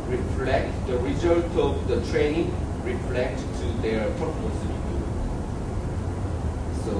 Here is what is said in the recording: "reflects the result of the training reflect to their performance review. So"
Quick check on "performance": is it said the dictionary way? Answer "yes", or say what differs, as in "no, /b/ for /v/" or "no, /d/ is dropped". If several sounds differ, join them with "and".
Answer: no, /n/ is dropped